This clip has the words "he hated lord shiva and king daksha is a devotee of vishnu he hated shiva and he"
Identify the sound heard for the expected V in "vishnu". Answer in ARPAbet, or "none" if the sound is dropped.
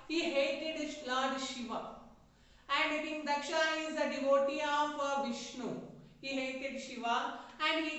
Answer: V